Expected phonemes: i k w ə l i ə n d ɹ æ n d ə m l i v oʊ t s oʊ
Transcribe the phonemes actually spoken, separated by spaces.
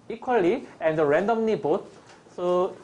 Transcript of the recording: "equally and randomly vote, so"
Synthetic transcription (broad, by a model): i k w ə l i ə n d ɹ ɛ n d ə m n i b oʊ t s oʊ